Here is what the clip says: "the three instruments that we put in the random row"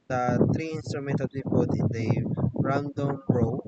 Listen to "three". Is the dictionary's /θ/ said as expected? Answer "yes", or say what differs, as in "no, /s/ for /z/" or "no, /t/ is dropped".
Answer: no, /t/ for /θ/